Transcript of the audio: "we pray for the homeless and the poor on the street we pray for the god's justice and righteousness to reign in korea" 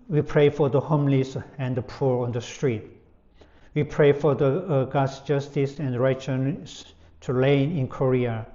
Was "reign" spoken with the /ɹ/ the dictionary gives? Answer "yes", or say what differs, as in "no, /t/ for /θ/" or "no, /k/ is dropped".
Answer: no, /l/ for /ɹ/